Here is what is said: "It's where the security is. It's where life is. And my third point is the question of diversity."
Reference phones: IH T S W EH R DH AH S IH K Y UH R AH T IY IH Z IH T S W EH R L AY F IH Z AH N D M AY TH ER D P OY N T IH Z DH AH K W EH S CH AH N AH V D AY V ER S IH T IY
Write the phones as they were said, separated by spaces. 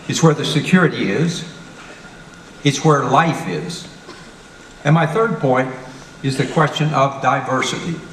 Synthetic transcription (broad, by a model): IH T S W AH R DH AH S IH K Y UH R AH T IY IH Z IH T S W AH R L AY F IH Z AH N M AY TH ER D P OY N T IH Z DH AH K W EH S CH AH N AH V D AY V ER S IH T IY